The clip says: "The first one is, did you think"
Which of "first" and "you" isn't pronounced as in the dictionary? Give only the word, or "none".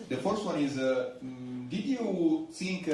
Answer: none